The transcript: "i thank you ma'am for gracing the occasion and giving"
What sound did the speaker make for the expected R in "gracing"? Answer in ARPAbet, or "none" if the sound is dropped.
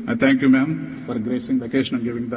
R